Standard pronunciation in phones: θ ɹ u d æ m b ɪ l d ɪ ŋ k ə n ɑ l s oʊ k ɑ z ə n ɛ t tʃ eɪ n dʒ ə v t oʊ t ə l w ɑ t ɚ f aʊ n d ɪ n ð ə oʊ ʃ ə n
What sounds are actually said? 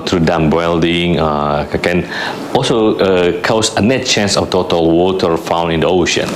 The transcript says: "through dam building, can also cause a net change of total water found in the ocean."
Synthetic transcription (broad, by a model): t ɹ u d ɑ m b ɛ l d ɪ ŋ k ə n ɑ l s oʊ k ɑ s ə n ɛ t tʃ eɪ n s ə f t oʊ t ə l w ɑ t ɚ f aʊ n ɪ n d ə oʊ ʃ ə n